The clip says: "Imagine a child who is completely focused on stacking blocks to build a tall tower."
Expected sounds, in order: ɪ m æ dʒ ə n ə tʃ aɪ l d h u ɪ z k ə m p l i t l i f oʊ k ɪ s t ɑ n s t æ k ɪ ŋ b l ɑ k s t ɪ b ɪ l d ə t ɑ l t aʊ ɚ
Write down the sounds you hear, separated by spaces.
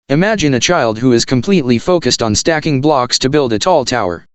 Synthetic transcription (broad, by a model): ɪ m æ dʒ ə n ə tʃ aɪ l d h u ɪ z k ə m p l i t l i f oʊ k ɪ s t n s t æ k ɪ ŋ b l ɑ k s t ɪ b ɪ l d ə t ɑ l t aʊ ɚ